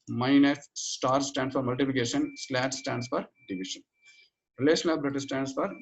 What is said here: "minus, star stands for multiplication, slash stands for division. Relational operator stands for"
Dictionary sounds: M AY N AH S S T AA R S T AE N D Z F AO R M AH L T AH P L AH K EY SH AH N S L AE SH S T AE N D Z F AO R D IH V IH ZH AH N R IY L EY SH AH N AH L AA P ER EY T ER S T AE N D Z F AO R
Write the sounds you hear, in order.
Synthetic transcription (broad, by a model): M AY N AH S S T AA R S T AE N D S F AO R M AH L T AH P L AH K EY SH AH N S L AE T S T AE N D S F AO R D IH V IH SH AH N R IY L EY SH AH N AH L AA B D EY T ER S T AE N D S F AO R